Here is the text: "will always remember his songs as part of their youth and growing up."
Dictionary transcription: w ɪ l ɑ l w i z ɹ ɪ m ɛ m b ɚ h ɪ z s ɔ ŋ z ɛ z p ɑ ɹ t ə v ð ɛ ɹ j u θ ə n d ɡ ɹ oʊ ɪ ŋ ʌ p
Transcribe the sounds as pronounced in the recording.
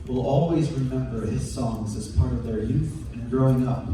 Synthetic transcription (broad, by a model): w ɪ l ɑ l w i z ɹ ɪ m ɛ m b ɚ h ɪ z s ɔ ŋ z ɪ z p ɑ ɹ t ə v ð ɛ ɹ j u θ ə n ɡ ɹ oʊ ɪ ŋ ʌ p